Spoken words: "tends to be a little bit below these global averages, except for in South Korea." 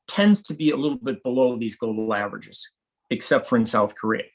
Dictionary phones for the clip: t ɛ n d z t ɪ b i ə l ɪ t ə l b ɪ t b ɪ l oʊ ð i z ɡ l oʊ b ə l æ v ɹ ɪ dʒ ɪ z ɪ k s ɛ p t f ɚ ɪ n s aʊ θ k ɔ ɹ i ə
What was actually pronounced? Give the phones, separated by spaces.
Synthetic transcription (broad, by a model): t ɛ n d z t ɪ b i ə l ɪ t l b ɪ t b ɪ l oʊ ð i z ɡ oʊ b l æ v ɹ ɪ dʒ ɪ z ɪ k s ɛ p t f ɚ ɪ n s aʊ θ k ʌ ɹ i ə